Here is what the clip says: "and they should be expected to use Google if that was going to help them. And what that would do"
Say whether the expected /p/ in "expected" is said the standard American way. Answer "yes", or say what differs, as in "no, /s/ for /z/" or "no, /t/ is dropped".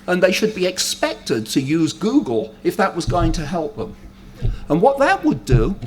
yes